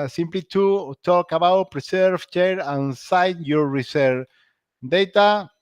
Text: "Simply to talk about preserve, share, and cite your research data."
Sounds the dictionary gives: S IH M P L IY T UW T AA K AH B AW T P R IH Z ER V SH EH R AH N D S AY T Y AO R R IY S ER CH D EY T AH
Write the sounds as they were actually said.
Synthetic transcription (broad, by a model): S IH M P L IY T UW T AA K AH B AW T P R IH S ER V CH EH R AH N S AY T Y AO R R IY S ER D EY T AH